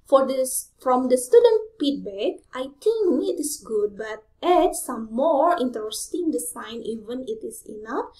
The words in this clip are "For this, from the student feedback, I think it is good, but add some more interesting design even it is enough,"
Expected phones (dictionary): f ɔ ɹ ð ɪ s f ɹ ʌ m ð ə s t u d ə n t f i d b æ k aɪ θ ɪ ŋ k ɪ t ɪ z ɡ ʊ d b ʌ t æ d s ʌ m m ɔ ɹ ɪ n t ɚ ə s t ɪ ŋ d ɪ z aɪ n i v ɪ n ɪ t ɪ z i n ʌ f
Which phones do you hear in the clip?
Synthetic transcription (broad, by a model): f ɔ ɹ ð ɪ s f ɹ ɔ m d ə s t u d ə n t p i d b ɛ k aɪ t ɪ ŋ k ɪ t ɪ s ɡ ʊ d b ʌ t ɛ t s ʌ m m ɔ ɹ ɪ n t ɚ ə s t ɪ ŋ d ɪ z aɪ n i v ɪ n ɪ t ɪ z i n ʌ f